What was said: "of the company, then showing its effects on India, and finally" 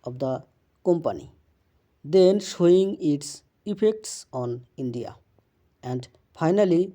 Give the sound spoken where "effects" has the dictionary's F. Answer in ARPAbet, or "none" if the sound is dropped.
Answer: P